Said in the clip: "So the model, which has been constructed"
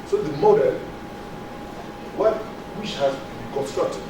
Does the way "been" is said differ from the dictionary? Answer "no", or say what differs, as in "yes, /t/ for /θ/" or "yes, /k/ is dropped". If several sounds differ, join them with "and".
yes, /l/ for /n/